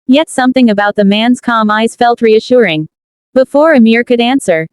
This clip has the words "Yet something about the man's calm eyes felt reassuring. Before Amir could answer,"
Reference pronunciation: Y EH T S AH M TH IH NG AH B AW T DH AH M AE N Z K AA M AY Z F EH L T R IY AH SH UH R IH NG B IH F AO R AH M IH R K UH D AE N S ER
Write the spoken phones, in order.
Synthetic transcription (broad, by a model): Y EH T S AH M TH IH NG AH B AW T DH AH M AE N Z K AA M AY Z F EH L T R IY AH SH UH R IH NG B IH F AO R AH M IH R K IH D AE N S ER